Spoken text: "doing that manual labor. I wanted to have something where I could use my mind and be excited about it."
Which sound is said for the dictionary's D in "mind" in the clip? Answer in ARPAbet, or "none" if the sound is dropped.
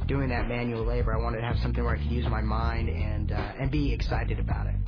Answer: D